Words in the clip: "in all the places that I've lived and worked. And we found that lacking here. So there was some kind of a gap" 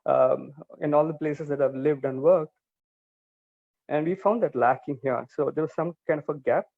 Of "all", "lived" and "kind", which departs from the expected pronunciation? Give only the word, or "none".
none